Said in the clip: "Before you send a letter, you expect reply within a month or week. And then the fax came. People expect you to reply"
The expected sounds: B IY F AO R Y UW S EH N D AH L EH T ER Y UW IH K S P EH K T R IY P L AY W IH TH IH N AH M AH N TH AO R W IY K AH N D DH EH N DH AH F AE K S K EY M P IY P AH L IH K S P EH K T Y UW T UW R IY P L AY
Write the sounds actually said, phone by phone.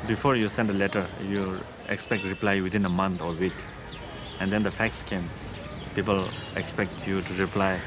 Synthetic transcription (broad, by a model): B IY F AO R Y UW S EH N D AH L EH T ER Y UW IH K S P EH K T R IY P L AY W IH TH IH N AH M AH N T AO R W IY K AH N D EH N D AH F AE K S K EY M P IY P AH L IH K S P EH K T Y UW T UW R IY P L AY